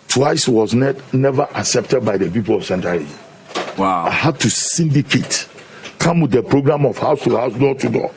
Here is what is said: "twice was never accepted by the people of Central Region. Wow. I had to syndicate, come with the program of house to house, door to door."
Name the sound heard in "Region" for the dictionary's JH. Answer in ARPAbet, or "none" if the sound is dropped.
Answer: Z